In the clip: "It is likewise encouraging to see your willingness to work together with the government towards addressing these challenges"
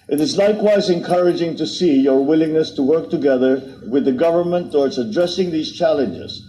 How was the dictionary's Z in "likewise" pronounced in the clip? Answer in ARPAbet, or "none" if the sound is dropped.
Z